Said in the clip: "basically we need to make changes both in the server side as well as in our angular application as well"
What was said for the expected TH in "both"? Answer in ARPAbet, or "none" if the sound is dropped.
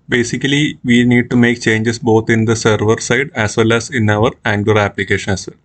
T